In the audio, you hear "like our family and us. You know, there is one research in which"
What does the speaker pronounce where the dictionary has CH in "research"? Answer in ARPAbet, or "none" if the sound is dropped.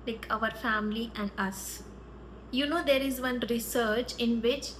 CH